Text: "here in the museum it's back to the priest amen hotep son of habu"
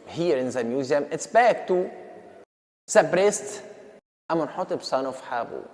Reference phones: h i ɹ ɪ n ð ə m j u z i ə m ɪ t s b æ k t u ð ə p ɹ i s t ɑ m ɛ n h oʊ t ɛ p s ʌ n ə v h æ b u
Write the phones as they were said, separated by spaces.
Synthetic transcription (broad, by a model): h i ɹ ɪ n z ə m j u z i ə m ɪ t s b æ k t u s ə b ɹ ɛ s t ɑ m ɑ n h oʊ t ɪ b s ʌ n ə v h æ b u